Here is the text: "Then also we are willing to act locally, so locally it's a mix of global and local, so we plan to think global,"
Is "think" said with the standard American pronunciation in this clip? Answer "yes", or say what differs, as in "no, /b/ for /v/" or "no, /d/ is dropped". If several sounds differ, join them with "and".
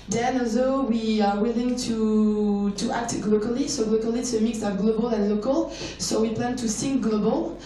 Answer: no, /s/ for /θ/